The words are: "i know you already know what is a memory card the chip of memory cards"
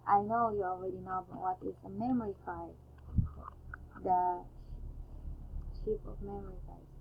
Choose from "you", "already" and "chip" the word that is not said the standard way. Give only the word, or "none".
chip